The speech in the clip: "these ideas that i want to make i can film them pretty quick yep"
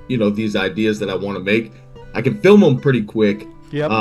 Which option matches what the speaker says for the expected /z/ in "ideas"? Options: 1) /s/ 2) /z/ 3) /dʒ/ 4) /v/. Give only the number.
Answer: 2